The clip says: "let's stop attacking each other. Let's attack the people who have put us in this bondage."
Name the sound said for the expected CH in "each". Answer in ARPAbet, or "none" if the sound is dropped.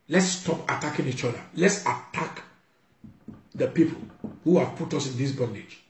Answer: CH